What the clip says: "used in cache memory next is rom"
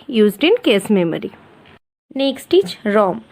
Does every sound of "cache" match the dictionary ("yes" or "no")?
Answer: no